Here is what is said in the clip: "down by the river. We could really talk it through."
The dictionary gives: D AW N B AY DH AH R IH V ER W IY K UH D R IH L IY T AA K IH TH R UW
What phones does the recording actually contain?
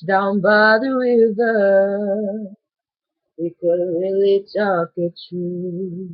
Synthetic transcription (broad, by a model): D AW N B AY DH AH W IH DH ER W IY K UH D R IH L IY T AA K IH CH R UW